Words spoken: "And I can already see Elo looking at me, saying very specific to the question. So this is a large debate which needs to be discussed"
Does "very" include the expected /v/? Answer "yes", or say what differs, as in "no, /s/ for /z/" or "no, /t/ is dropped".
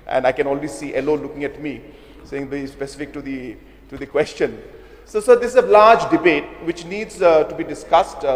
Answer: no, /b/ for /v/